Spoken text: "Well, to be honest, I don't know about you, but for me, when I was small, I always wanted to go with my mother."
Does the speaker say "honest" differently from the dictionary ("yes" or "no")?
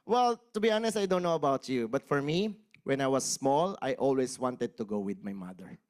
no